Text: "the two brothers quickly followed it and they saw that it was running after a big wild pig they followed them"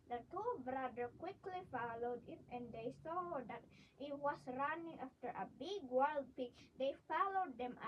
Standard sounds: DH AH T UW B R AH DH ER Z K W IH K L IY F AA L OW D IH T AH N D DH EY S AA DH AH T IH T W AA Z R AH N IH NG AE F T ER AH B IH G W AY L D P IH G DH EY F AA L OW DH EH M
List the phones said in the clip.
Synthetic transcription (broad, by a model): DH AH T UW B R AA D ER K W IH K L IY F AA L OW D IH T AH N D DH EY S AA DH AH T IH T W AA S R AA N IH NG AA F T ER AH B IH G W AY L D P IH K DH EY F AA L OW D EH M